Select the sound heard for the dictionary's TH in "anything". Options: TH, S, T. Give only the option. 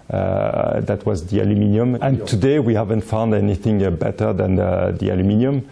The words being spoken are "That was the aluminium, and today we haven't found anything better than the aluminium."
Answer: TH